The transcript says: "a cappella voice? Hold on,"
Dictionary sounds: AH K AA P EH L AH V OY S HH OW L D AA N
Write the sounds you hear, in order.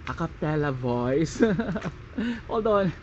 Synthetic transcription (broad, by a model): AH K AA P EH L AH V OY S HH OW D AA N